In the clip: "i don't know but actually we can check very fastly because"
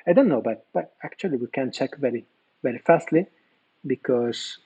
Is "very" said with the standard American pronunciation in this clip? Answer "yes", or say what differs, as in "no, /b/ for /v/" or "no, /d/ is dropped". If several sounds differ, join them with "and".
yes